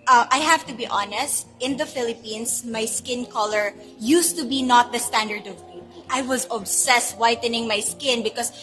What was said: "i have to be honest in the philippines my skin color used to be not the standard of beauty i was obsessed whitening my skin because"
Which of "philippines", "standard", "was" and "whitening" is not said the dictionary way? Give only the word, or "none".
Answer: philippines